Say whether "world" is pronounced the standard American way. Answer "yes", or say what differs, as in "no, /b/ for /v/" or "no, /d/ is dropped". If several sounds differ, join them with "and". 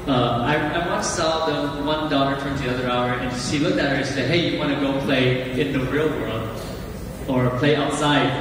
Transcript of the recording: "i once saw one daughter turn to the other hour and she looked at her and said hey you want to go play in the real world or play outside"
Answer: yes